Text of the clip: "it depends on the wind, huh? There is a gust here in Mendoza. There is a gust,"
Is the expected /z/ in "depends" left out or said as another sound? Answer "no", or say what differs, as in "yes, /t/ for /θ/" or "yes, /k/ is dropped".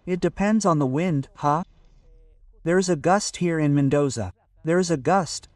no